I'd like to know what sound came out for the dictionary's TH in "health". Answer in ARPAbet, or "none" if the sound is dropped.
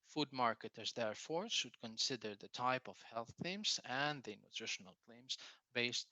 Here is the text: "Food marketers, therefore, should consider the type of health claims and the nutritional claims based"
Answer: TH